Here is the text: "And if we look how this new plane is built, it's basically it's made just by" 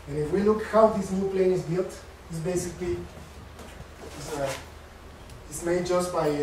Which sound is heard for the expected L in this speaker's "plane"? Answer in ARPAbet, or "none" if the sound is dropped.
L